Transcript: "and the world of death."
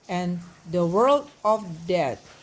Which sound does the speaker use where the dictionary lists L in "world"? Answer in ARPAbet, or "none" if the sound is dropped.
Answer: L